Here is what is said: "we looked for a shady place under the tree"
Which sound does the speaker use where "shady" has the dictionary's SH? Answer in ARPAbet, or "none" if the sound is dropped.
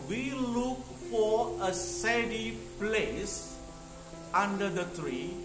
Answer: S